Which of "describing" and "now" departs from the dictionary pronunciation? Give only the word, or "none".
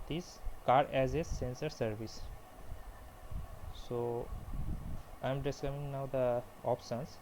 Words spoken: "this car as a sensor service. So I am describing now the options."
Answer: describing